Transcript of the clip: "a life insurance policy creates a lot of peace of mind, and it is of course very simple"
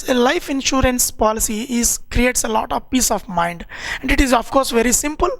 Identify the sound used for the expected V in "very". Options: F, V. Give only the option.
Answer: V